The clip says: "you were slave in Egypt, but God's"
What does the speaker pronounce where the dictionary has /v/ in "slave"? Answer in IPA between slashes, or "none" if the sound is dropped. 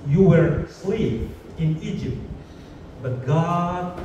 /p/